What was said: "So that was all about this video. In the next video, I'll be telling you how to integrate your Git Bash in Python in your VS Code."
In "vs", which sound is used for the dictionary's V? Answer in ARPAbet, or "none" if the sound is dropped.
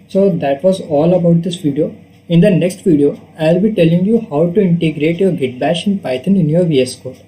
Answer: V